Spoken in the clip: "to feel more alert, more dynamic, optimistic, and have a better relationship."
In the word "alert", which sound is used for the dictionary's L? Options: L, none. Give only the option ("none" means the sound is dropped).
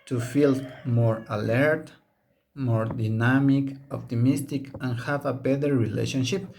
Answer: L